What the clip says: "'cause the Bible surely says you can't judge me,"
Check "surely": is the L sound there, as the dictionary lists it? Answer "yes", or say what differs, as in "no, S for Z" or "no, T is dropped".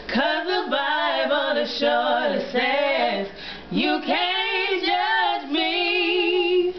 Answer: no, L is dropped